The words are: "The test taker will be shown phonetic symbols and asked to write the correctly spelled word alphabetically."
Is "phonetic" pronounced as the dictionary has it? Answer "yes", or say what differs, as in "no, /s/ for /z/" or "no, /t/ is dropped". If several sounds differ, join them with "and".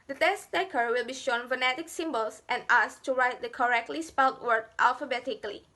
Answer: yes